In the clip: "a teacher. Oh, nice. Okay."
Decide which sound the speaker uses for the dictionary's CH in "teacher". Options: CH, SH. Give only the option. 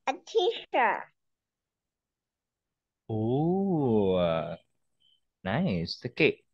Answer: SH